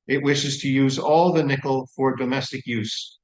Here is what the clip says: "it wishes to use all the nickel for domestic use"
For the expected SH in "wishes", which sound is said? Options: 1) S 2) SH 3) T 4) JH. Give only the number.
2